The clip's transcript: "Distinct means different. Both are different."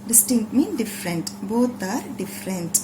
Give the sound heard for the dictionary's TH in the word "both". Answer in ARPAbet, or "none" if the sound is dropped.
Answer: T